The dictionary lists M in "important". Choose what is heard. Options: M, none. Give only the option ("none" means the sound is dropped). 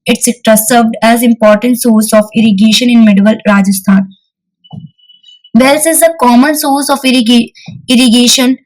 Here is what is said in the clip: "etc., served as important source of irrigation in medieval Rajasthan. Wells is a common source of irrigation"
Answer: M